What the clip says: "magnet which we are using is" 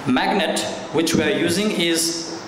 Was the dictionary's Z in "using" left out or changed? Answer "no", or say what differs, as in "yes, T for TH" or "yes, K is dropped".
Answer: no